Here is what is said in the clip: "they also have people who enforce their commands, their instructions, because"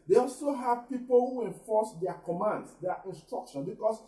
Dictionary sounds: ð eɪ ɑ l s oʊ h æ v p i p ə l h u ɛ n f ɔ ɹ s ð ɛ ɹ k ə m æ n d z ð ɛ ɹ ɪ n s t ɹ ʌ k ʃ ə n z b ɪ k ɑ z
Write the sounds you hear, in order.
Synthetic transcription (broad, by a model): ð eɪ ɑ l s oʊ h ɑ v p i p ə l h u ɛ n f ɔ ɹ s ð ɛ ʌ k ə m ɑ n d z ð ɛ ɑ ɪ n s t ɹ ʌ k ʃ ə n b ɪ k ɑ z